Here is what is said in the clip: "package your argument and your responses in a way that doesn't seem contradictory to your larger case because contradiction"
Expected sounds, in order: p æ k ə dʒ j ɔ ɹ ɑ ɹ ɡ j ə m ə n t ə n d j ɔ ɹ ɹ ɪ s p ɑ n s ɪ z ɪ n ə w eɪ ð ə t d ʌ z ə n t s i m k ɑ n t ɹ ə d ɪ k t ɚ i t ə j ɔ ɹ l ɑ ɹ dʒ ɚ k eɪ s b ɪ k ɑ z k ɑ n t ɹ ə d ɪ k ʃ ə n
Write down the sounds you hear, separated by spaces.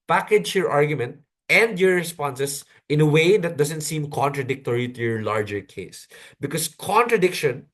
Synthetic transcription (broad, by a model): p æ k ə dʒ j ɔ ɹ ɑ ɹ ɡ j ə m ə n t ə n d j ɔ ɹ ɹ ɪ s p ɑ n s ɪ s ɪ n ə w eɪ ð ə t d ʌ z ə n t s i m k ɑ n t ɹ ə d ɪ k t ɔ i t ə j ɔ ɹ l ɑ ɹ dʒ ɚ k eɪ s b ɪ k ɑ s k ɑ n t ɹ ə d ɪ k ʃ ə n